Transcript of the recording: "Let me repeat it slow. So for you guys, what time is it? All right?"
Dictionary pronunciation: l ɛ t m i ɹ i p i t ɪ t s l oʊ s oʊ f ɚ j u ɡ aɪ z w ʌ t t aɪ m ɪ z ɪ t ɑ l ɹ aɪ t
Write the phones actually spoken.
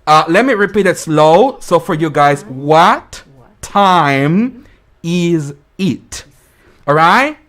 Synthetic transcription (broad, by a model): l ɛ t m i ɹ i p i t ɪ t s l oʊ s oʊ f ɚ j u ɡ aɪ z w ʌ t t aɪ m ɪ z ɪ t ɑ l ɹ aɪ t